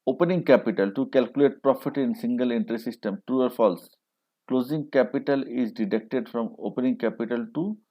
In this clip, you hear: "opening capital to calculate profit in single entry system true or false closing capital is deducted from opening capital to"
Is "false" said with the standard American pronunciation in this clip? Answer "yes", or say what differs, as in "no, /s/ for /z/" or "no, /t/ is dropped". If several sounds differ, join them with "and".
yes